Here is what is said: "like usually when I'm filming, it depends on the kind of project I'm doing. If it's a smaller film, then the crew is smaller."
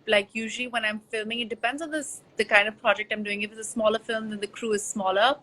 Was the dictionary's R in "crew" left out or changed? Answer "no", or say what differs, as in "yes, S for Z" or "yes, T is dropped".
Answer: no